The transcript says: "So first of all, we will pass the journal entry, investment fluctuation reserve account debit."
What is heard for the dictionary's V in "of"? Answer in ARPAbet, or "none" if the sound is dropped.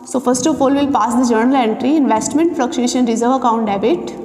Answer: P